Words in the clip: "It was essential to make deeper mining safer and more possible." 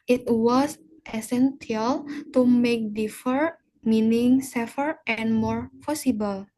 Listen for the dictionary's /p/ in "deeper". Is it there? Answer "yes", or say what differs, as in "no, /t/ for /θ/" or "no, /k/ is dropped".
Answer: no, /f/ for /p/